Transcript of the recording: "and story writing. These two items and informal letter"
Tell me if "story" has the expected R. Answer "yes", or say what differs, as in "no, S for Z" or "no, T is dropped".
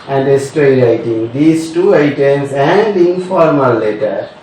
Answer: no, R is dropped